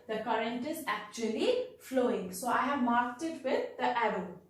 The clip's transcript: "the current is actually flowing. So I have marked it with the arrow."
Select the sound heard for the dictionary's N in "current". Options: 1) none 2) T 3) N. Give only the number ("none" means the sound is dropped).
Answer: 3